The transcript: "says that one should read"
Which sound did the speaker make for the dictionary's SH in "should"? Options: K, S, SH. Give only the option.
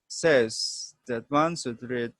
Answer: S